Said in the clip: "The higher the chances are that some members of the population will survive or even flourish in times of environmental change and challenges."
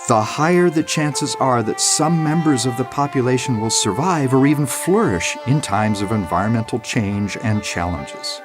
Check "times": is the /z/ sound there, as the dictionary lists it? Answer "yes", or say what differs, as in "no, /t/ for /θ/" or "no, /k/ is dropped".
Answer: yes